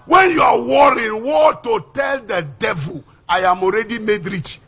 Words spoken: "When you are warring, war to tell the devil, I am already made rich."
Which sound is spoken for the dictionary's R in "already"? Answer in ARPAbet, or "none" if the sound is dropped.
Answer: R